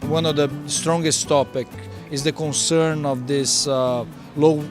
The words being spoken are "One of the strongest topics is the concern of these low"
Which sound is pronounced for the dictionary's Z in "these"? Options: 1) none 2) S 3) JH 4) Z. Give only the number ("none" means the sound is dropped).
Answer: 2